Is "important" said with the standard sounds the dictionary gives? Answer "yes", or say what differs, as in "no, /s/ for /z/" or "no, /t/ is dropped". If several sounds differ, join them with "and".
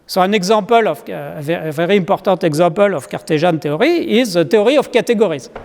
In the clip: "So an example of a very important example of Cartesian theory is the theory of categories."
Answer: no, /m/ is dropped and /n/ is dropped